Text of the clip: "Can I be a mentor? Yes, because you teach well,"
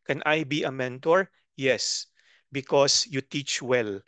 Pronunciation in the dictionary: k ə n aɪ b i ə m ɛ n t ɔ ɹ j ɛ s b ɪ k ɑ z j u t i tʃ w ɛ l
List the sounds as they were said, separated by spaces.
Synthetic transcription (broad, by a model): k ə n aɪ b i ə m ɛ n t ɔ ɹ j ɛ s b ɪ k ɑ s j u t i tʃ w ɛ l